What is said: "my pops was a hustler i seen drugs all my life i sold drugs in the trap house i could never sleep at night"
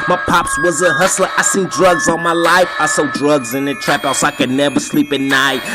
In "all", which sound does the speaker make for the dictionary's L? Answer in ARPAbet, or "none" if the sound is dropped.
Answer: N